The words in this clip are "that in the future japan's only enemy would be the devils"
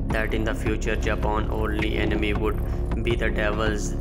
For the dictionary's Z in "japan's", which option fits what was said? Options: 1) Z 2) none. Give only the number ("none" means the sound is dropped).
2